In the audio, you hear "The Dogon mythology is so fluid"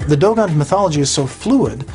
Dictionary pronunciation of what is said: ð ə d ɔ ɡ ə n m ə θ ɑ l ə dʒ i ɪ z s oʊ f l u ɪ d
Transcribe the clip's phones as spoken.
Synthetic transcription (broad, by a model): ð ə d ɔ ɡ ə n m ə θ ɑ l ə dʒ i ɪ z s oʊ f l u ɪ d